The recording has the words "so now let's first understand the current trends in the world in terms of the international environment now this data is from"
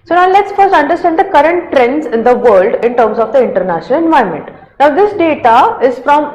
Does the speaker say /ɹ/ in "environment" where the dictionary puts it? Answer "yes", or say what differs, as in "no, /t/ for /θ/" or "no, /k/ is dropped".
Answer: no, /ɹ/ is dropped